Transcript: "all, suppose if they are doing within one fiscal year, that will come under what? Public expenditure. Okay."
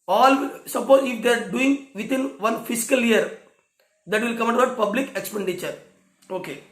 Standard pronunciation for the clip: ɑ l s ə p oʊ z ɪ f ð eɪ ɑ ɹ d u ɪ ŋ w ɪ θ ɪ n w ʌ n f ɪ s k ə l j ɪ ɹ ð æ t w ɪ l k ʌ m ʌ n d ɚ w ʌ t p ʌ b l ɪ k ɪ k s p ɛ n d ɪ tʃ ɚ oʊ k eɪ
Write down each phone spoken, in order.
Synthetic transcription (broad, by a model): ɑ l s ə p oʊ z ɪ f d eɪ ɑ ɹ d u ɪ ŋ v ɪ t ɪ n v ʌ n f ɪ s k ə l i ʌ ɹ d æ t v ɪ l k ʌ m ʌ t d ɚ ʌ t p ʌ b l ɪ k ɪ k s p ɛ n d ɪ tʃ ɚ oʊ k eɪ